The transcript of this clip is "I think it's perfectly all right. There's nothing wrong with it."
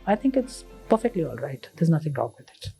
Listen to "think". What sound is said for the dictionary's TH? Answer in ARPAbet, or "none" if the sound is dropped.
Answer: T